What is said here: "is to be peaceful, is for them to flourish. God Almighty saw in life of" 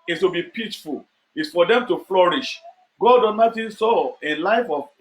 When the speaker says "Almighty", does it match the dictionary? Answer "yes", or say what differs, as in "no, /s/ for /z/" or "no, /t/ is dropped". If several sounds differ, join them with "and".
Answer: no, /l/ is dropped